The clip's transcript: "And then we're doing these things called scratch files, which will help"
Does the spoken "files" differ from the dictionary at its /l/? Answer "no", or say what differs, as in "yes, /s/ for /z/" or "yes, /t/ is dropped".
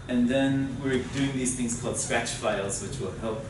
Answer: no